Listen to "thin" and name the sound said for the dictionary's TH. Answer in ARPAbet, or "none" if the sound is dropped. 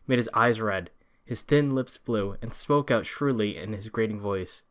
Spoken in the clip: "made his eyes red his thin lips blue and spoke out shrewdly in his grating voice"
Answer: TH